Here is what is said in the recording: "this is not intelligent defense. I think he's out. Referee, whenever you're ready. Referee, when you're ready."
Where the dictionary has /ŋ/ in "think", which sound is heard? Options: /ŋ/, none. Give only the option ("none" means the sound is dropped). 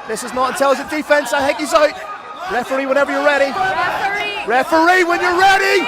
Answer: none